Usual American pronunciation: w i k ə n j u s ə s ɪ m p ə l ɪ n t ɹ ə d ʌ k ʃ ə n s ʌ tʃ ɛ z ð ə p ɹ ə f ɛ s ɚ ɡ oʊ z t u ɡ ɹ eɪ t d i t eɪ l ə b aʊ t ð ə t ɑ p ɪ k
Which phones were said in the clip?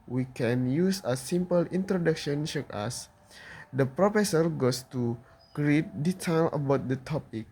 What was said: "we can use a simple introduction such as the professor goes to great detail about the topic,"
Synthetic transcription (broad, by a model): w i k ə n j u s ə s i m p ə l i n t ɹ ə d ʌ k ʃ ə n ʃ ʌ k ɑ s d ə p ɹ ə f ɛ s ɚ ɡ oʊ s t u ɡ ɹ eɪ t d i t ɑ l ə b aʊ t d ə t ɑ p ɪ k